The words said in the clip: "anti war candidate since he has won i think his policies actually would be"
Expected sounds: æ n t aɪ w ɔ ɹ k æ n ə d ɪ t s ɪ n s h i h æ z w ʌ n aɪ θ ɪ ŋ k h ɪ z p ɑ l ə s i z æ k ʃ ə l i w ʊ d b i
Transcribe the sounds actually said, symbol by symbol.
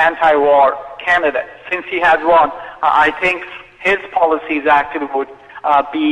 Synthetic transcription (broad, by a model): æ n t aɪ w ɔ ɹ k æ n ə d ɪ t s ɪ n s h i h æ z w ʌ n aɪ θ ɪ ŋ k h ɪ z p ɑ l ə s i z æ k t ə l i w ʊ d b i